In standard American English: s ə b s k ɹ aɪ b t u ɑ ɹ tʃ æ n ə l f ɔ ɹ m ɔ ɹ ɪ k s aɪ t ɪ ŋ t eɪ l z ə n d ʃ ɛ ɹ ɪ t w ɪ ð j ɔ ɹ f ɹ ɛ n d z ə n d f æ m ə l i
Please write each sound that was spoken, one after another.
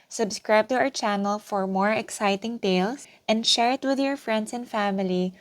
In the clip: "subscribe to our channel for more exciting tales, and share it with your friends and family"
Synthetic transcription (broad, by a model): s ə b s k ɹ aɪ b t u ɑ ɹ tʃ æ n ə l f ɔ ɹ m ɔ ɹ ɪ k s aɪ t ɪ ŋ t eɪ l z ə n d ʃ ɛ ɹ ɪ t w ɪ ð j ɔ ɹ f ɹ ɛ n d s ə n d f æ m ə l i